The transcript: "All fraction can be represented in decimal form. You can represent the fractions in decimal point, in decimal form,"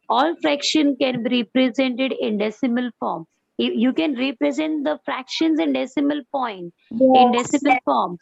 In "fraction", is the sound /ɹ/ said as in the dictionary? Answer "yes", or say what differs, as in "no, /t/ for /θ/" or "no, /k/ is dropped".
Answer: yes